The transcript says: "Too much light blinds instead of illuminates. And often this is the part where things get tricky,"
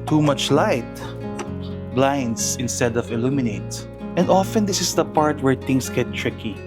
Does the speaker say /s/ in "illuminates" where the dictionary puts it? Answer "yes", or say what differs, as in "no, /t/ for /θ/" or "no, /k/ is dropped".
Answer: no, /s/ is dropped